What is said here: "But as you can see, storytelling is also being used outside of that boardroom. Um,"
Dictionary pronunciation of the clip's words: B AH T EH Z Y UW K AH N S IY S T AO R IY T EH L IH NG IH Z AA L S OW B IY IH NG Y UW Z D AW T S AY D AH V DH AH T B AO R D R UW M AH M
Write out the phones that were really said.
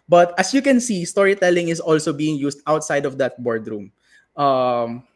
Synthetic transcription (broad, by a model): B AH T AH S Y UW K AH N S IY S T AO R IY T EH L IH NG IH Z AA L S OW B IY IH NG Y UW S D AW T S AY D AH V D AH T B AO R D R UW M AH M